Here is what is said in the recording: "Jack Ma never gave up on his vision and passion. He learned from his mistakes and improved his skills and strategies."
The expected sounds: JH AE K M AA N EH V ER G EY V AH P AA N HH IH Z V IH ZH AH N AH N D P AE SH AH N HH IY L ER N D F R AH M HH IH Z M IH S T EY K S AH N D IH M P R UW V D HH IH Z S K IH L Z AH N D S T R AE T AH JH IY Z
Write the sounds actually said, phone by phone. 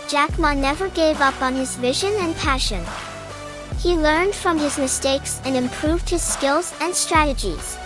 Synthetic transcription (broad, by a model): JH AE K M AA N EH V ER G EY V AH P N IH Z V IH ZH AH N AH N P AE SH AH N HH IY L ER N D F R AH M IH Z M IH S T EY K S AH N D IH M P R UW V D HH IH Z S K IH L Z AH N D S T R AE T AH JH IY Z